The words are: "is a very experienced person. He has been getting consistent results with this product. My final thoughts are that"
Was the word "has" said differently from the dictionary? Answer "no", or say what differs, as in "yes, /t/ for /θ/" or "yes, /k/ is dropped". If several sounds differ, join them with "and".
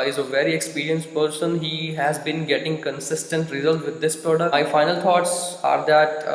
no